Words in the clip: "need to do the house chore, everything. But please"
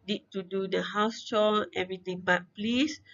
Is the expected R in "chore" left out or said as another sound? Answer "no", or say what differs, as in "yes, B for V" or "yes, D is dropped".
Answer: yes, L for R